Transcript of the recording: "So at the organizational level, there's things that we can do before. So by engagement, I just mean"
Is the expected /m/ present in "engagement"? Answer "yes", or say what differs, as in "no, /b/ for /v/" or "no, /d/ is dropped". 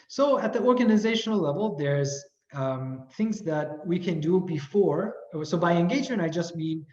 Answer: no, /m/ is dropped